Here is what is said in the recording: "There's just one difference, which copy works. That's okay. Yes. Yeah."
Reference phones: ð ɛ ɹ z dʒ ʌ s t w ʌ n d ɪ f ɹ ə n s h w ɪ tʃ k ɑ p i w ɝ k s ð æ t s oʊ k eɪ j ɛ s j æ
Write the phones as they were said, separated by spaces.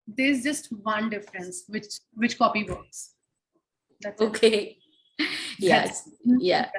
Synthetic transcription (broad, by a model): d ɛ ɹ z dʒ ʌ s t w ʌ n d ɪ f ɹ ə n s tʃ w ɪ tʃ k ɑ p i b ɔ s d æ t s oʊ k eɪ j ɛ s j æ